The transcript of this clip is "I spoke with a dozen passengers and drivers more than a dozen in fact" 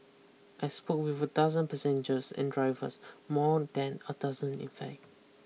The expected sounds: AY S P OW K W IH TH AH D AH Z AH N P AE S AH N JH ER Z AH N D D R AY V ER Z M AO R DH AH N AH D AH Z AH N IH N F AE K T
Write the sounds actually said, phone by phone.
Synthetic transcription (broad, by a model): AY S P OW K W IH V AH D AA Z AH N P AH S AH N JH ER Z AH N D D R AY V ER S M AO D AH N AH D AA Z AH N IH N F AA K